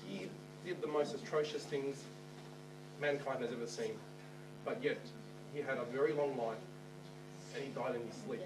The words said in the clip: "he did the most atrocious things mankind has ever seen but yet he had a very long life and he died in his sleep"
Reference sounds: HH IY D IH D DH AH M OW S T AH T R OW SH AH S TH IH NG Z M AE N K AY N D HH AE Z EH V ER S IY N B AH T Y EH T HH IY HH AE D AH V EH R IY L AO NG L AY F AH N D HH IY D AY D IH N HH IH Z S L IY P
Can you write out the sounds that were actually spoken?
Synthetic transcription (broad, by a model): HH IY D IH D DH AH M OW S T AH T R OW SH AH S TH IH NG Z M AE N K AY N D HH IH Z EH V ER S IY N B AH T Y EH T HH IY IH D AH V EH R IY L AO NG L AY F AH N IY D AY D IH N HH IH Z S L IY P